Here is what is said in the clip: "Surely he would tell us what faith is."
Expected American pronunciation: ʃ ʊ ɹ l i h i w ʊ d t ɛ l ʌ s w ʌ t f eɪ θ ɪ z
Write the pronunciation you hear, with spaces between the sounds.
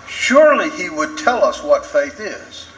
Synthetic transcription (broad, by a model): ʃ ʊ ɹ l i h i w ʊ d t ɛ l ʌ s w ʌ t f eɪ θ ɪ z